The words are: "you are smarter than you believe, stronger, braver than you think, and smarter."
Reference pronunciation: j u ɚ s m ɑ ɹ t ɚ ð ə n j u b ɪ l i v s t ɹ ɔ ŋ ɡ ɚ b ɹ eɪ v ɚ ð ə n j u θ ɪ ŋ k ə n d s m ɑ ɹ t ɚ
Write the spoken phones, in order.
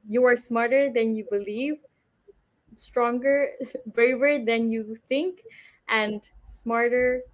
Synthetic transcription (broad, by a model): j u ɚ s m ɑ ɹ t ɚ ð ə n j u b ɪ l i v s t ɹ ɔ ŋ ɡ ɚ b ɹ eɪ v ɚ ð ə n j u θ ɪ ŋ k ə n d s m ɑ ɹ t ɚ